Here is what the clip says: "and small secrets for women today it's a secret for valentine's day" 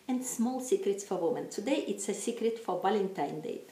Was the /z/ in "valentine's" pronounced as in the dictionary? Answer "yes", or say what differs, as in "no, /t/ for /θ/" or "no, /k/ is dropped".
no, /z/ is dropped